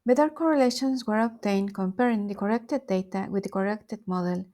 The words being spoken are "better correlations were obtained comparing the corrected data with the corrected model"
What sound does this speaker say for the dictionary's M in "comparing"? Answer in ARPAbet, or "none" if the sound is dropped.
M